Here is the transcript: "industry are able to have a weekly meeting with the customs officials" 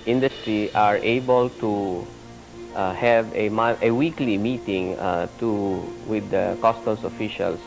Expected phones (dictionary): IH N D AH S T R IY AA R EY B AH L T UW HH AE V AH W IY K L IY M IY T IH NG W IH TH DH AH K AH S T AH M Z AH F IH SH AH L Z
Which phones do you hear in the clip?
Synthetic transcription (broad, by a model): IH N D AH S T R IY AA R EY B AH L T UW HH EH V AH W IY K L IY M IY T IH NG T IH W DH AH K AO S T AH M S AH F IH SH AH L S